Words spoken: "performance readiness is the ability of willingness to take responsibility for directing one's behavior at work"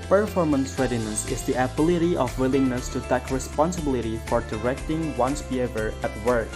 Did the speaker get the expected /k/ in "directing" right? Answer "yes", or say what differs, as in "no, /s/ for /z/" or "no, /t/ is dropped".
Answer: yes